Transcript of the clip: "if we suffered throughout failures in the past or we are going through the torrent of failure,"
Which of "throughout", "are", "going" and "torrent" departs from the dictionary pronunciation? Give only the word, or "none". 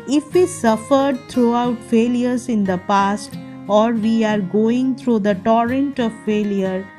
throughout